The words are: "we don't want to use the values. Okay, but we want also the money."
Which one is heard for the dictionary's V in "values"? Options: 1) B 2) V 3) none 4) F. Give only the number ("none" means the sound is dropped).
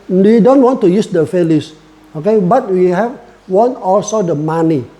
4